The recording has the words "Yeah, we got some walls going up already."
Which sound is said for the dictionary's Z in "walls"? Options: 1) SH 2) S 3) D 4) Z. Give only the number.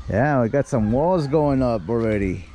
4